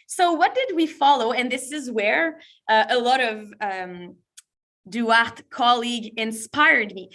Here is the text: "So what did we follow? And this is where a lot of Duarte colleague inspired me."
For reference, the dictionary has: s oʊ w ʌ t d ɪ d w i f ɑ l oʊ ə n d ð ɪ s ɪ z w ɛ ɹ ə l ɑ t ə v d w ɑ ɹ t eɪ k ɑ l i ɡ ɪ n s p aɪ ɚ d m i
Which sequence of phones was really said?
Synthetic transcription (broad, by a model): s oʊ w ʌ t d ɪ d w i f ɑ l oʊ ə n ð ɪ s ɪ z w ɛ ɹ ə l ɑ t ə v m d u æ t k ɑ l i ɡ ɪ n s p aɪ ɚ d m i